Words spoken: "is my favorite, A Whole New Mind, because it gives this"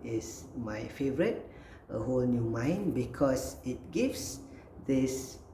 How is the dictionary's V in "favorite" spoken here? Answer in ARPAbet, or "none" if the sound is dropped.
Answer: V